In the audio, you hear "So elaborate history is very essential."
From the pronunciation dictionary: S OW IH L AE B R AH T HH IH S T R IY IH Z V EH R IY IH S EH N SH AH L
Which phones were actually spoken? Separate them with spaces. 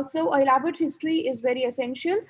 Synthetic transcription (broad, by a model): S OW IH L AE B AH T HH IH S T R IY IH Z V EH R IY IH S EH N SH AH L